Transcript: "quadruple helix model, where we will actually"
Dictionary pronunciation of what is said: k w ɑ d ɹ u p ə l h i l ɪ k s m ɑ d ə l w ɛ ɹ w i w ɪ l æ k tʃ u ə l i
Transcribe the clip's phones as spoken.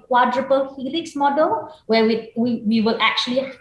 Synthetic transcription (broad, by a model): k w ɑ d ɹ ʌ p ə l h i l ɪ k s m ɑ d ə l w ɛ w w i w ɪ l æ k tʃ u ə l i